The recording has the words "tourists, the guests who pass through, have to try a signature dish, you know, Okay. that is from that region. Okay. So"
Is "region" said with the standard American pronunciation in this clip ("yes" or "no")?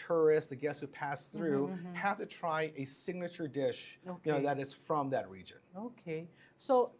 yes